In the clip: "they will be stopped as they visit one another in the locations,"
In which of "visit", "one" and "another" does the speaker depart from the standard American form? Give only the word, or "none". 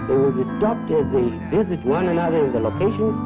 none